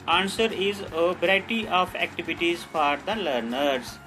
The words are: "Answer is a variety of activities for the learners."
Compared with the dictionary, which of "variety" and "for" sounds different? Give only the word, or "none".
variety